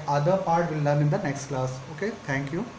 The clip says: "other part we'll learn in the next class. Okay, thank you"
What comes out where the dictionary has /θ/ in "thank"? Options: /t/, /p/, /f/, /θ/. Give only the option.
/t/